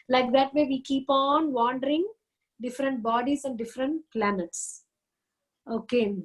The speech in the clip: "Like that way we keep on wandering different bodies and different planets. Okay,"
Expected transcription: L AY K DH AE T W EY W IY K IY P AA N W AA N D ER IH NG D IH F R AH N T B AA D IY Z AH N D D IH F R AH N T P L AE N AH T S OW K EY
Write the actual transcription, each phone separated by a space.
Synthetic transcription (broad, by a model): L AY K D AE T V EY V IY K IY P AA N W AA N D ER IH NG D IH F R AH N T B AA D IY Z AH N D D IH F R AH N T P L AE N AH T S OW K EY